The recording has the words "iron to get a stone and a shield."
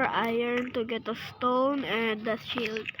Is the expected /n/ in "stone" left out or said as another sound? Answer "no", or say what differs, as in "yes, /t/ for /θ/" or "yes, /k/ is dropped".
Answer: no